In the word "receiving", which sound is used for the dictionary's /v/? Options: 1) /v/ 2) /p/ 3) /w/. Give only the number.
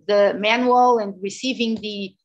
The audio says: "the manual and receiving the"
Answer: 1